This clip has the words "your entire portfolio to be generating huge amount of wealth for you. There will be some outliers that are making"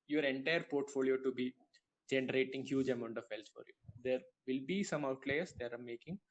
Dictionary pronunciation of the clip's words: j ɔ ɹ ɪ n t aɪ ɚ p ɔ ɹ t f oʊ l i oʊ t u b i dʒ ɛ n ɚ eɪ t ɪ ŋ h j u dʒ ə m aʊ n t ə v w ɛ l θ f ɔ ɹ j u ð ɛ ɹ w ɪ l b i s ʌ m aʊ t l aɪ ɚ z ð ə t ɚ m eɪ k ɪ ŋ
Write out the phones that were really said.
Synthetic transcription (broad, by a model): j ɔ ɹ ɪ n t aɪ ɚ p ɔ ɹ t f oʊ l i oʊ t u b i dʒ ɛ n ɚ eɪ t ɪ ŋ h j u dʒ ə m aʊ n t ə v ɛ l s f ɔ ɹ j u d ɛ ɹ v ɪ l b i s ʌ m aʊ t l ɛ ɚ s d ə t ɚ m eɪ k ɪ ŋ